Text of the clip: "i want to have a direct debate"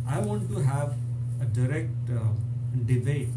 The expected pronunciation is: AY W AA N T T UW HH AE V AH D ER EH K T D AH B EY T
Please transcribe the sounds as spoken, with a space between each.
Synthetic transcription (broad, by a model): AY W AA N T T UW HH AE V AH D ER EH K T D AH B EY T